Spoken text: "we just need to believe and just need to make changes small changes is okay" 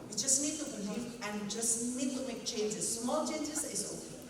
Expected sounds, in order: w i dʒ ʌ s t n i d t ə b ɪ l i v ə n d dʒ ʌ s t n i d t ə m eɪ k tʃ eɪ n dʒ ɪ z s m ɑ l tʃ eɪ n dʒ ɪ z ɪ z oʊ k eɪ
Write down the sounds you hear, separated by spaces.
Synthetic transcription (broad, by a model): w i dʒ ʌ s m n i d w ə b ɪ n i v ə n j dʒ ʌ s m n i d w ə m eɪ k tʃ eɪ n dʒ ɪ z s m ɑ l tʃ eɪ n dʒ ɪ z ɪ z oʊ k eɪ